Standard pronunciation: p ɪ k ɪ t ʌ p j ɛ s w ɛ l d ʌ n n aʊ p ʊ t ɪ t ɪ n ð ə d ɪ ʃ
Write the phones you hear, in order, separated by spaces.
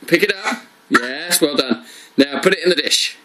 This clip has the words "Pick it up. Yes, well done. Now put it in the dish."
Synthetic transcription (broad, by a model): p ɪ k ɪ t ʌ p j ɛ s w ɛ l d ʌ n n aʊ p ʊ t ɪ t ɪ n ð ə d ɪ ʃ